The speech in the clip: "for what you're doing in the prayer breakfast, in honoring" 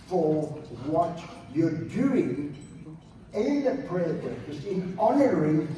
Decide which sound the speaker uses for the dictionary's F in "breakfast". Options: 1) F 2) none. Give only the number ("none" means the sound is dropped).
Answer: 2